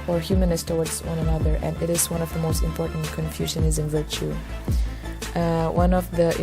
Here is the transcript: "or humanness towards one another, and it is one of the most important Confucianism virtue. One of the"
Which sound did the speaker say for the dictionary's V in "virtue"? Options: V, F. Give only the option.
V